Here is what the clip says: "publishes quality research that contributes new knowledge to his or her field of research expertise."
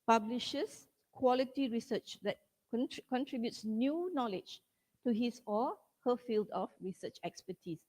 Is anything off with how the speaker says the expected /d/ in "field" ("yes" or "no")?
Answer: no